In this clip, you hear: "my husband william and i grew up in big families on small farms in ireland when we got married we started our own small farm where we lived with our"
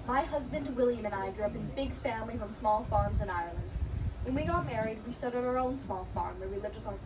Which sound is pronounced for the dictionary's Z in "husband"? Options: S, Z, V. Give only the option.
Z